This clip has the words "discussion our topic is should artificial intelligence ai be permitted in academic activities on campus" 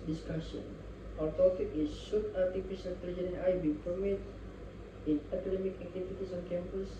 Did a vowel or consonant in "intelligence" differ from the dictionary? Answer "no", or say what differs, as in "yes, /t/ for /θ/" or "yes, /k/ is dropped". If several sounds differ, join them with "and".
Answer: yes, /s/ is dropped